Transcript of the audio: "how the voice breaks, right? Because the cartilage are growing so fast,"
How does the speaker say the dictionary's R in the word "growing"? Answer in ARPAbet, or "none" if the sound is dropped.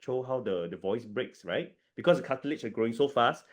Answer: R